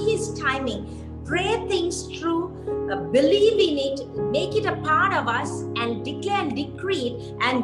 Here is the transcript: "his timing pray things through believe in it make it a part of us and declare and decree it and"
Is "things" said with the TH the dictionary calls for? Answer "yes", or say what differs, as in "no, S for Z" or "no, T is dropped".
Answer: no, T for TH